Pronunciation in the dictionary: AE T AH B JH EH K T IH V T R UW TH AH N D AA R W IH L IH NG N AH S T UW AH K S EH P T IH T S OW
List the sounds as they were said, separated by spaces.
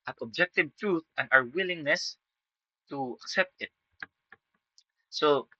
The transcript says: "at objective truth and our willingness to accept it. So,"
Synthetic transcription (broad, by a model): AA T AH B JH EH K T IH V T R UW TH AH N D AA W W IH L IH NG N AH S T UW AH K S EH P T IH T S OW